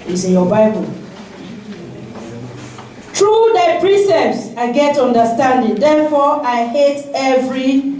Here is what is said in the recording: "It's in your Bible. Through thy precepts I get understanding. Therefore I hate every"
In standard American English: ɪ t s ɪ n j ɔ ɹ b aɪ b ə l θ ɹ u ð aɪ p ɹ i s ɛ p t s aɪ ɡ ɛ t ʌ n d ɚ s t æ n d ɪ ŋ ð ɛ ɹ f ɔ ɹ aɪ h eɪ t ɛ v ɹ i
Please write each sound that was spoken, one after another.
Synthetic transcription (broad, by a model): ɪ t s ɪ n j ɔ b aɪ b ə l t ɹ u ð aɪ p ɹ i s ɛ p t s aɪ ɡ ɛ t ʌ n d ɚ s t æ n d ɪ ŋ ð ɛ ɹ f ɔ aɪ h eɪ t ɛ v ɹ i